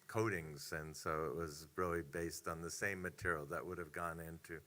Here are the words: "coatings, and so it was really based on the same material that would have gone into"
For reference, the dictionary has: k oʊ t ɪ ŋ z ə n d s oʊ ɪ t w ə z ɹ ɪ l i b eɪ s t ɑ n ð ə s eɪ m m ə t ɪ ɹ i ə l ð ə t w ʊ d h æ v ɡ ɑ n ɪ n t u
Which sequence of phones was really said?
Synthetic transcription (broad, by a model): k oʊ t ɪ ŋ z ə n s oʊ ɪ t w ə z ɹ ɪ l i b eɪ s t n ð ə s eɪ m m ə t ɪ ɹ i l ð ə t w ʊ d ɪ v ɡ ɑ n ɪ n t u